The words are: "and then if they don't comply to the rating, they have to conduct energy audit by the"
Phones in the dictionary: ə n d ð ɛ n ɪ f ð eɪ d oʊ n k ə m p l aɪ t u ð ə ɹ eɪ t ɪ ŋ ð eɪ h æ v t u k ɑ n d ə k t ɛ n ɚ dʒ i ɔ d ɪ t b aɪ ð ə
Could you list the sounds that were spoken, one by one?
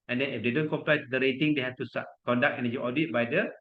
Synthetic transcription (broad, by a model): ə n d ɛ n ɪ f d eɪ d oʊ n k ə m p l aɪ t u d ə ɹ eɪ t ɪ ŋ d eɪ h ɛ f t u k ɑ n d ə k ɛ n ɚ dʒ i ɔ d ɪ t b aɪ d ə